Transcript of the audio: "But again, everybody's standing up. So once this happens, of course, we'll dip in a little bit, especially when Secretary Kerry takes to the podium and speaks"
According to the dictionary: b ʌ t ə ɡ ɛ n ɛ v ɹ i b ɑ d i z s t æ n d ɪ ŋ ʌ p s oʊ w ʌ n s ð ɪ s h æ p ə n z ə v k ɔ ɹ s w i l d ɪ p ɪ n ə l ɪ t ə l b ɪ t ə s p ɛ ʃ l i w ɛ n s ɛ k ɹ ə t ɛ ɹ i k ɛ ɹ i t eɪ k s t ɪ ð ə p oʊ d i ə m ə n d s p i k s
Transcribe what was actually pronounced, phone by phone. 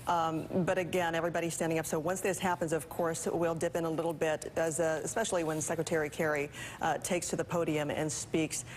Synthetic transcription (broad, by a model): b ʌ t ə ɡ ɛ n ɛ v ɹ i b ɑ d i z s t æ n d ɪ ŋ ʌ p s oʊ w ʌ n s ð ɪ s h æ p ə n z ə v k ɔ ɹ s w i l d ɪ p ɪ n ə l ɪ t l b ɪ t ə s p ɛ ʃ l i w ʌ n s ɛ k ɹ ə t ɛ ɹ i k ɛ ɹ i t eɪ k s t ɪ ð ə p oʊ d i ə m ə n s p i k s